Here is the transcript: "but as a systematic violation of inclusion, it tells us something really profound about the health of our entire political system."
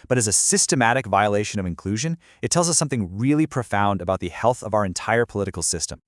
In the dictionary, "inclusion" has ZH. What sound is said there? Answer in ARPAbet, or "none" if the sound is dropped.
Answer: ZH